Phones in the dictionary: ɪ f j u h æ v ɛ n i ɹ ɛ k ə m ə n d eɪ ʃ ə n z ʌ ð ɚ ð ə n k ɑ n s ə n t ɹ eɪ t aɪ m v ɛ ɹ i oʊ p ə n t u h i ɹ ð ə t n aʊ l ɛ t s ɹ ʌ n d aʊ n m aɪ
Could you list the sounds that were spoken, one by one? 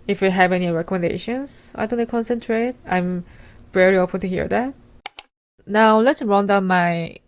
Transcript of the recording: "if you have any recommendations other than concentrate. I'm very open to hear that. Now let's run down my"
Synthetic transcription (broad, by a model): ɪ f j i h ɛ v ɛ n i ɹ ɛ k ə m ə n d eɪ ʃ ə n s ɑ ɪ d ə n k ɑ n s ə n t ɹ eɪ t aɪ m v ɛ ɹ i oʊ p ə n t u h i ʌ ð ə t n aʊ l ɛ t s ɹ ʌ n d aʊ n m aɪ